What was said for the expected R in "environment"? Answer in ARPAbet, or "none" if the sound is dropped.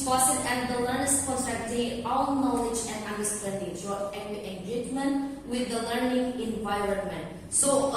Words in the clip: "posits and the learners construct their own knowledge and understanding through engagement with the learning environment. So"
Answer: R